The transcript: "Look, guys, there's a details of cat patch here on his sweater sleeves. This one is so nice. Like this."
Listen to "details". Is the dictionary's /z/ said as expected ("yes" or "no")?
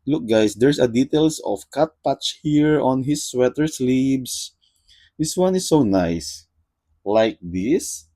no